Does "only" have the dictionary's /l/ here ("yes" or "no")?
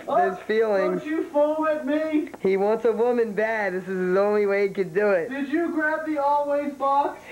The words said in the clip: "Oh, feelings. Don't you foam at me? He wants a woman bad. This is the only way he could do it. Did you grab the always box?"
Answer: yes